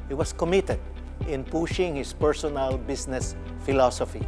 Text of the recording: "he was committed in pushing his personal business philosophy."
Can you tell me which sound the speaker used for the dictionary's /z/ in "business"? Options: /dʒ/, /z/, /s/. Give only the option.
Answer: /s/